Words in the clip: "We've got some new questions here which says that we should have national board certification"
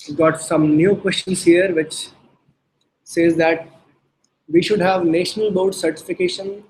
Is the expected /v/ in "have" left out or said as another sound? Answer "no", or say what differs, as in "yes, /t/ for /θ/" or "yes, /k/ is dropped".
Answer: no